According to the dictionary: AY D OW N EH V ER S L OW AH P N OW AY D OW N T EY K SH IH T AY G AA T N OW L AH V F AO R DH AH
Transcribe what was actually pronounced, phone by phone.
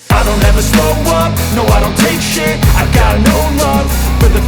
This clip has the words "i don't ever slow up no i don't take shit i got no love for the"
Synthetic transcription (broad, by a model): AY D OW N EH V ER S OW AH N N OW AY D OW N T EY K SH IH AY G AA T N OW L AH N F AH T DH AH